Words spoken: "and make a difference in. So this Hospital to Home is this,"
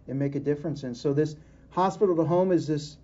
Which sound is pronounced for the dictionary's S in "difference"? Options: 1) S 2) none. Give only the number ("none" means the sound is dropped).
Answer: 1